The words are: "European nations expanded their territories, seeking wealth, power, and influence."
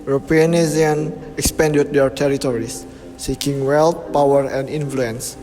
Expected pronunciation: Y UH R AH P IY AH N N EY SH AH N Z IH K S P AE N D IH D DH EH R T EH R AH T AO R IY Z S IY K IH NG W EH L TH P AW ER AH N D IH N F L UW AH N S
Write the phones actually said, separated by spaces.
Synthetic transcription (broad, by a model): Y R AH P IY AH N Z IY AH N IH K S P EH N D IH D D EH R T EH R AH T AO R IY S IY K IH NG W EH L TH P AW ER AH N D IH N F L UW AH N S